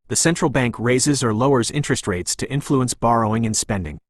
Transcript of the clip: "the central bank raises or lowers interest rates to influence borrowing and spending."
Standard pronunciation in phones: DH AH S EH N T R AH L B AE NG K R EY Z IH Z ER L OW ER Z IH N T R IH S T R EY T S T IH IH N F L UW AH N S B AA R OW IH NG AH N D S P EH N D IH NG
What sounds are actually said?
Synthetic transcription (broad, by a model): DH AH S EH N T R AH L B AE NG K R EY Z IH Z ER L OW ER Z IH N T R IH S T R EY T S T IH IH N F L UW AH N S B AA R OW IH NG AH N S P EH N D IH NG